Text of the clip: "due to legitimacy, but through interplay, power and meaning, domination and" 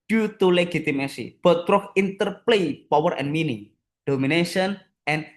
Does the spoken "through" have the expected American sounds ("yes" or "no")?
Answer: no